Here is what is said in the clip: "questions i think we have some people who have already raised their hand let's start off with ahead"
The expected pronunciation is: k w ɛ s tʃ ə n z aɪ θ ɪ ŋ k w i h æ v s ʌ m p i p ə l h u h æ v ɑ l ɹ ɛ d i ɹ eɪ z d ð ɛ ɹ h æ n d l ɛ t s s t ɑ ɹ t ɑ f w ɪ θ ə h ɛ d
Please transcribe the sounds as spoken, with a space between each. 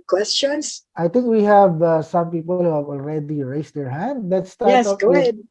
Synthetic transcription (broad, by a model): k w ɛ s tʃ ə n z aɪ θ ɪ ŋ k w i h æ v s ʌ m p i p ə l h u h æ v ɑ l ɹ ɛ d i ɹ eɪ s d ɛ ɹ h æ n d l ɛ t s s t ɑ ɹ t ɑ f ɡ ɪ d